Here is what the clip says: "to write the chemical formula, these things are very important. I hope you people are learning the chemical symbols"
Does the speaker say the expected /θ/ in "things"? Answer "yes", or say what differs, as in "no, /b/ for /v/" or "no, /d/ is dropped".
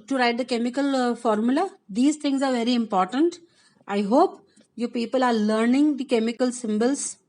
no, /t/ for /θ/